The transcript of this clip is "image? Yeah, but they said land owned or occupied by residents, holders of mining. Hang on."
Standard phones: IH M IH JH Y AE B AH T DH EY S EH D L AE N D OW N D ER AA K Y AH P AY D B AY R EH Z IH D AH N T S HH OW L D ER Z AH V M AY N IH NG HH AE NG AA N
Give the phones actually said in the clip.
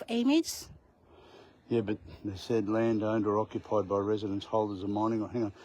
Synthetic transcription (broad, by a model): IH M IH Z Y AE B AH T DH EY S EH D L AE N D OW N D ER AA K Y AH P AY D B AY R EH Z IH D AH N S HH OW L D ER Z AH M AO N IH NG HH AE NG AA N